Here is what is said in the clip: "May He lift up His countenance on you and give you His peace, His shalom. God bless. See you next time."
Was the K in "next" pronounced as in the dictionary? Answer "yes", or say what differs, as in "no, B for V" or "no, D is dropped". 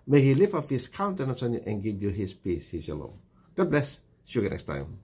yes